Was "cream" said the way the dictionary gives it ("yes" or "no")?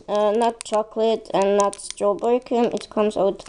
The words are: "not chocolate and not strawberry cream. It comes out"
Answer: no